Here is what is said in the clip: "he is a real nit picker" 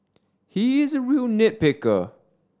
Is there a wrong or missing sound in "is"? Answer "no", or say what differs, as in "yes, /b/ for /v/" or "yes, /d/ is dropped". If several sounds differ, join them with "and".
no